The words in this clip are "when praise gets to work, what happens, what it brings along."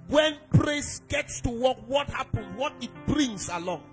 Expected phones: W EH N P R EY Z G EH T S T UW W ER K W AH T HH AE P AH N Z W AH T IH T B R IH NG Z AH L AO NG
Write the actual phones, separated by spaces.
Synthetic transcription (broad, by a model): W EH N P R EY S G EH T S T UW W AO K W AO T HH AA P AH N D W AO T IH T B R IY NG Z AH L AO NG